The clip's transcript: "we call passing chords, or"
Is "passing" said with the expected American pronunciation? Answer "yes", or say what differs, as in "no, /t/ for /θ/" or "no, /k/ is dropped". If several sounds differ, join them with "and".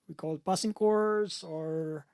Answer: no, /b/ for /p/